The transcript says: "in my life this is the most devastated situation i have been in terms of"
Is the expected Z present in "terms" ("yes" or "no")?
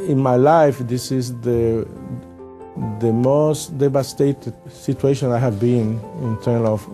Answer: no